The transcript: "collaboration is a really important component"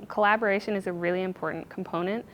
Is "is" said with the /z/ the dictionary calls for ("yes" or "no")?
yes